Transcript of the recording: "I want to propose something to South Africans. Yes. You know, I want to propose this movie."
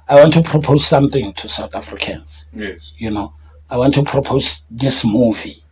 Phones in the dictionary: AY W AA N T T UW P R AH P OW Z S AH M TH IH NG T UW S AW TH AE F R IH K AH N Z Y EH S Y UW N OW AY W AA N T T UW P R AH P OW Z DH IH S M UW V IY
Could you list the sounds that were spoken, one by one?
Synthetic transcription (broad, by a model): AY W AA N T T UW P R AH P OW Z S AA M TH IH NG T UW S AW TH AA F R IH K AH N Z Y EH Y UW N OW AY W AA N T T UW P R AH P OW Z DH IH S M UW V IY